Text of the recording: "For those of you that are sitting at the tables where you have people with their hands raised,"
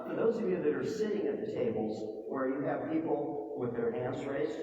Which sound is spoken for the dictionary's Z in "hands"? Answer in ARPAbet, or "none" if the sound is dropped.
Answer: S